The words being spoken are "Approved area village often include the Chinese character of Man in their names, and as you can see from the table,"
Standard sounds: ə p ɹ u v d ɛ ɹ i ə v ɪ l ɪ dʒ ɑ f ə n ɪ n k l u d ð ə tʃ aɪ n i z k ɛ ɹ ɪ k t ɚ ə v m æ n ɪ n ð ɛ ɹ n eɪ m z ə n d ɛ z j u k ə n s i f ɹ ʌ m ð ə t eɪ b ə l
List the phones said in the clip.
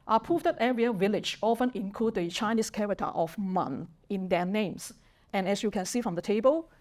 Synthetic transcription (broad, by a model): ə p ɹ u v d ɛ ɹ i ə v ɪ l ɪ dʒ ɑ f ə n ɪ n k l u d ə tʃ aɪ n i s k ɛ ɹ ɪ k t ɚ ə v m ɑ n ɪ n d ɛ n eɪ m s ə n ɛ s j u k ə n s i f ɹ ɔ m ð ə t eɪ b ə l